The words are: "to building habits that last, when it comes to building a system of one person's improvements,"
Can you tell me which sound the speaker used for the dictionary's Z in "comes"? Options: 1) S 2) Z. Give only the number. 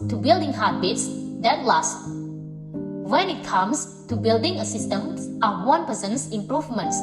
1